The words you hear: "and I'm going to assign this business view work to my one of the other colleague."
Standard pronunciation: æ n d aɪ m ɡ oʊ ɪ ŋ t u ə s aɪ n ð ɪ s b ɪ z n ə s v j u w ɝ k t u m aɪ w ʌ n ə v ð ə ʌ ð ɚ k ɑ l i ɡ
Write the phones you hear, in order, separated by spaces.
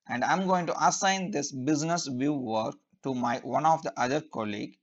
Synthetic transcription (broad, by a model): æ n d aɪ m ɡ oʊ ɪ ŋ t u ə s aɪ n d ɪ s b ɪ z n ə s v j u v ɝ k t u m aɪ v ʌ n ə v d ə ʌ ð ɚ k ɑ l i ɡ